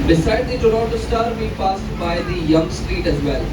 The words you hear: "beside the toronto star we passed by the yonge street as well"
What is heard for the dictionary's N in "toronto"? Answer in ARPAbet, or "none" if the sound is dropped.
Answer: none